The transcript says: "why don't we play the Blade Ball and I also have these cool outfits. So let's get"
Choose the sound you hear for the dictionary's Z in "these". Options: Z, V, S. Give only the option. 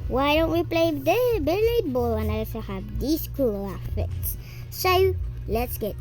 S